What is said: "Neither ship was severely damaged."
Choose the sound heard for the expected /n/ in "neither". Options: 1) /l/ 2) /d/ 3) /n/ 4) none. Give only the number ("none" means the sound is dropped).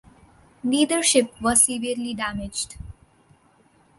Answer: 1